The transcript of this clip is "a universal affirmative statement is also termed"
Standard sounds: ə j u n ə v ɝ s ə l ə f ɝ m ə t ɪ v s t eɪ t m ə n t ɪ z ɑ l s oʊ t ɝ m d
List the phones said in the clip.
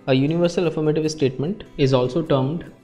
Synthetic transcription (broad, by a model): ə j u n ə v ɝ s ə l ə f ɝ m ə t ɪ v s t eɪ t m ə n t ɪ z ɑ l s oʊ t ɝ m d